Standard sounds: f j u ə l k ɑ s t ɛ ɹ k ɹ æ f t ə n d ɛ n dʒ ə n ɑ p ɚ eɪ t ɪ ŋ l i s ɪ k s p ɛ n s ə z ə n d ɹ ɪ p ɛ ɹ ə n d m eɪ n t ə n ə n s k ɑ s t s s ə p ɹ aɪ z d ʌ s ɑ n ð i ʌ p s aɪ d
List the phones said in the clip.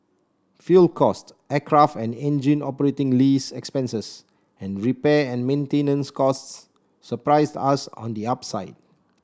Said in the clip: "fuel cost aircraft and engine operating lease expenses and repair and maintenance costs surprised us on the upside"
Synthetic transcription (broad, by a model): f j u l k ɑ s t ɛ k ɹ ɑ f t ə n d ɛ n dʒ ə n ɑ p ɚ eɪ t ɪ ŋ l i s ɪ k s p ɛ n s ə s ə n ɹ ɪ p ɛ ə n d m eɪ n t ə n ə n s k ɑ s t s s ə p ɹ aɪ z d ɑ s ɑ n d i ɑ p s aɪ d